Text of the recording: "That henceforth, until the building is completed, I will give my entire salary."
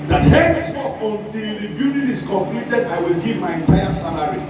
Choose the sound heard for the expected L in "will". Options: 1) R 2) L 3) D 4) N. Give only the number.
2